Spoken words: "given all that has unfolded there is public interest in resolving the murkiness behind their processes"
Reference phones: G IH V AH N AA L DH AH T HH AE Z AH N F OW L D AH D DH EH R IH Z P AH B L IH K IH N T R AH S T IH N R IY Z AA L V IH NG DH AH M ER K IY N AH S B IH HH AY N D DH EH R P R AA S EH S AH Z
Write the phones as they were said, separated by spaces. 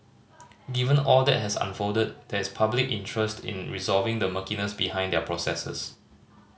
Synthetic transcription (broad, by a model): G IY V AH N AA L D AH T HH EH S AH N F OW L D AH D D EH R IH S P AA B L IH K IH N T R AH S T IH N R IY Z AA L V IH NG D AH M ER K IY N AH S B IH HH AY N D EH P R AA S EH S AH S